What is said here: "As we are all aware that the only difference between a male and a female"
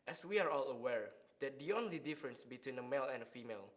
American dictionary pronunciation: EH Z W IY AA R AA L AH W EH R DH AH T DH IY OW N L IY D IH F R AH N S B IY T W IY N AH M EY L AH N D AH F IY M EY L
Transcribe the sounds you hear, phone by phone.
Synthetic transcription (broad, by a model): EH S W IY AA R AA L AH W EH R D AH T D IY OW N L IY D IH F R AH N S B IY T W IY N AH M EY L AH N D AH F IY M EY L